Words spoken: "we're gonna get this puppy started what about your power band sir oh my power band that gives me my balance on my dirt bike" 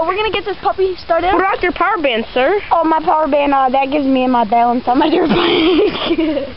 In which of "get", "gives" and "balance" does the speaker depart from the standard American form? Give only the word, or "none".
none